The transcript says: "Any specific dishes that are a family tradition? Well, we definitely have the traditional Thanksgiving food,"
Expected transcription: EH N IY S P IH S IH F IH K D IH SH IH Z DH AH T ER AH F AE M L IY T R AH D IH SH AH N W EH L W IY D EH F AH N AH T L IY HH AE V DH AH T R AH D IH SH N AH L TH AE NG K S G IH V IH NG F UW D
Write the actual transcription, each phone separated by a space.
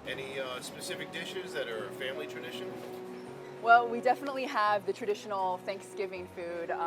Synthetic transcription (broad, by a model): EH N IY S P IH S IH F IH K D IH SH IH Z DH AH T ER F AE M L IY T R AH D IH SH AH N W EH L W IY D EH F AH N AH T L IY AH V DH AH T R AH D IH SH N L TH AE NG K S G IH V IH NG F UW D